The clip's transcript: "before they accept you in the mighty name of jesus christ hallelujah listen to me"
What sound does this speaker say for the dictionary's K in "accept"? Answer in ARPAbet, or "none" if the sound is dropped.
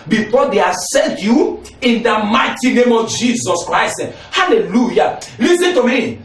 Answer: none